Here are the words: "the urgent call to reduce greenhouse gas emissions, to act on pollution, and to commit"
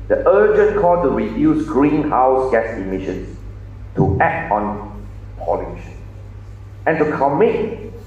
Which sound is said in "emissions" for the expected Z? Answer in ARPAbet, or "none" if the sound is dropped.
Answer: S